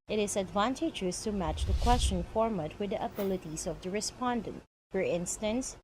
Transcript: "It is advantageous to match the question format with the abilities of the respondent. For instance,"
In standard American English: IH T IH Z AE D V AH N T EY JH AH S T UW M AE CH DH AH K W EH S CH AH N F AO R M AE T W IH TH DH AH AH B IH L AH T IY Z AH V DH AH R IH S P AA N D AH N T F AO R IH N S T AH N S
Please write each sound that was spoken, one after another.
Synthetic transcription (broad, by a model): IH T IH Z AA D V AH N T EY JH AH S T UW M AE CH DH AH K W EH S CH AH N F AO R M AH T W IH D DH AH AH B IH L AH T IY S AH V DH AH R IH S P AA N D AH N T F AO R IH N S T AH N S